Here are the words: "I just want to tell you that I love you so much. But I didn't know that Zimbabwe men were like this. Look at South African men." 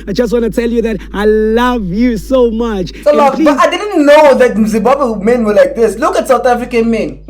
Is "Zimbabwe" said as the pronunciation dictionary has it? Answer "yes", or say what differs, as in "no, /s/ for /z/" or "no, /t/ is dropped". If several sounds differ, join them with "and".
no, /m/ is dropped